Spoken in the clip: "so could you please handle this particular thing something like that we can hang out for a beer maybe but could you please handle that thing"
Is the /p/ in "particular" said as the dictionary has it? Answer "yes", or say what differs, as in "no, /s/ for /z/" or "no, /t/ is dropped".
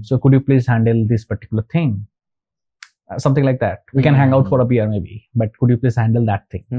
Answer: yes